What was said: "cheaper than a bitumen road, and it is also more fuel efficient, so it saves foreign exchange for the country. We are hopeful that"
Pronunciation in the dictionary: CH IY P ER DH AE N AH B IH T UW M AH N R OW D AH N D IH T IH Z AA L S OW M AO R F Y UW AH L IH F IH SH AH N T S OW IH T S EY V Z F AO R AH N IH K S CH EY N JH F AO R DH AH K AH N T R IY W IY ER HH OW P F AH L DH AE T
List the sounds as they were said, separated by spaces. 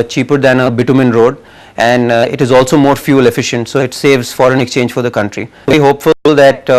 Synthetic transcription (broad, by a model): CH IY P ER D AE N AH B IH T UW M AH N R OW D AH N D IH T IH Z AA L S OW M AO R F Y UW L IH F IH SH AH N T S OW IH T S EY V Z F AO R AH N IH K S CH EY N JH F AO R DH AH K AH N T R IY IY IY HH OW P F AH L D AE T